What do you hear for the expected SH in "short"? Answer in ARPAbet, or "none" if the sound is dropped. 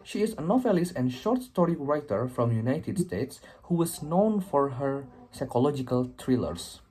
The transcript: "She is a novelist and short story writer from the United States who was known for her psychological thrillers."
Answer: SH